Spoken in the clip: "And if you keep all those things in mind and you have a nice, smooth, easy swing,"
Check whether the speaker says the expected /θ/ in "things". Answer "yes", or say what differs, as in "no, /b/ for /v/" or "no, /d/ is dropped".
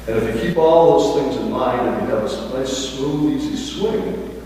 yes